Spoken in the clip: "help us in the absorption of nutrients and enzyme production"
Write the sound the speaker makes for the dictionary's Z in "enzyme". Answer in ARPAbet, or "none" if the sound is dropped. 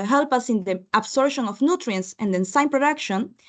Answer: S